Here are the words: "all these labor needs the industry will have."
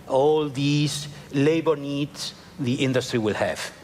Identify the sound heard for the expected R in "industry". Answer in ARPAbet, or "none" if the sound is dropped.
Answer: R